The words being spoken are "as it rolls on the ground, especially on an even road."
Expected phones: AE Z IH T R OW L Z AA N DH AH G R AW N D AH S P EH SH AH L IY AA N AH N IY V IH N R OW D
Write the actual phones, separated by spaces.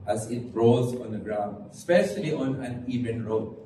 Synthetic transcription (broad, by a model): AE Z IH T R OW Z AA N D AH G R AW N D S P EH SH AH L IY AA N AH N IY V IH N R OW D